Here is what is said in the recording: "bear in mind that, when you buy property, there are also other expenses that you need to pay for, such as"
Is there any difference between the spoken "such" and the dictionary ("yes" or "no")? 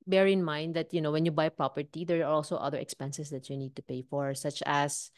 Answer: no